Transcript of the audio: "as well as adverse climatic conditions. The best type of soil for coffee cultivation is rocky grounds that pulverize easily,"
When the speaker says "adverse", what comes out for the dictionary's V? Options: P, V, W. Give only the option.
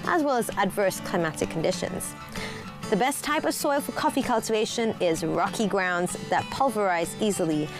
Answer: V